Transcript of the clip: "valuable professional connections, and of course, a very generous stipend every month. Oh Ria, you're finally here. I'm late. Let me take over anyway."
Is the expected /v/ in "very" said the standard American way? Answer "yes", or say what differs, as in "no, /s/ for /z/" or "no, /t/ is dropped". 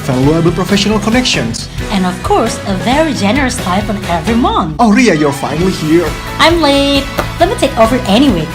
yes